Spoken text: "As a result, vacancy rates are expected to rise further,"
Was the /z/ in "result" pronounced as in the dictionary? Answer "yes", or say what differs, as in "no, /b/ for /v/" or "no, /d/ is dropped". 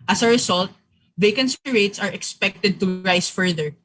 no, /s/ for /z/